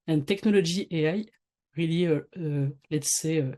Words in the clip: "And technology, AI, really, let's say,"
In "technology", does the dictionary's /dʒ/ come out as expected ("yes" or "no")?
no